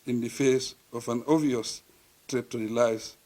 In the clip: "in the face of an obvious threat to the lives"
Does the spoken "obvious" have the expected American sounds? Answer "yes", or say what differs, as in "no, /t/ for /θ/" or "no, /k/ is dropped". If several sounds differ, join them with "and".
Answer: no, /b/ is dropped